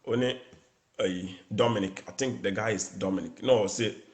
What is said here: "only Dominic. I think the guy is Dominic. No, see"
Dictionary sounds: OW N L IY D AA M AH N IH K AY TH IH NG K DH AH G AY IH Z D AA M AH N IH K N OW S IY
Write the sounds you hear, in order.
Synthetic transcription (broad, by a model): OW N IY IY D AA M AH N IH K AY T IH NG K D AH G AY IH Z D AA M AH N IH K N OW S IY